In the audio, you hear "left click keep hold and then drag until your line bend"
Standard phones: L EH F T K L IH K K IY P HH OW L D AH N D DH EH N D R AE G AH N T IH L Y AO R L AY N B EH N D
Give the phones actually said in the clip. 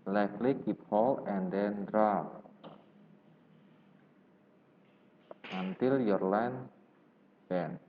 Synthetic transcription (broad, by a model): L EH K L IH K K IY P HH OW L AH N D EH N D R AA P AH N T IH L Y AO R L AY N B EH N